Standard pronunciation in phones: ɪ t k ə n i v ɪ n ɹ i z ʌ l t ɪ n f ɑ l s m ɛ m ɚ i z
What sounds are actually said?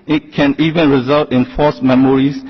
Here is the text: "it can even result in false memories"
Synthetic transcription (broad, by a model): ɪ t k ə n i v ɪ n ɹ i z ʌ l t ɪ n f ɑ s m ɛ m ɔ i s